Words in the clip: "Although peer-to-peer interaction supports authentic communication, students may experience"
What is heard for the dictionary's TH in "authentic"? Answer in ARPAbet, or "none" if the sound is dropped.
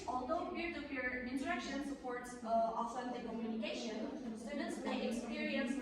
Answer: S